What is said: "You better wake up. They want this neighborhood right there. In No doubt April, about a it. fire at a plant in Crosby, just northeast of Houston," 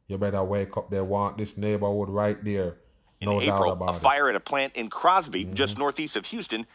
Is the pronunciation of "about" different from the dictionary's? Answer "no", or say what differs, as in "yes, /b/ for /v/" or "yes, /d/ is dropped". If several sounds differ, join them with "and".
yes, /t/ is dropped